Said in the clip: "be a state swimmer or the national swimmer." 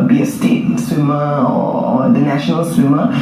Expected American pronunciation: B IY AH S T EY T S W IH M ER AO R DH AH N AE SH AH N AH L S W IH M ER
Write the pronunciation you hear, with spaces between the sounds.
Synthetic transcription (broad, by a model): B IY AH S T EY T S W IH M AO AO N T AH N AE SH AH N AH L S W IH M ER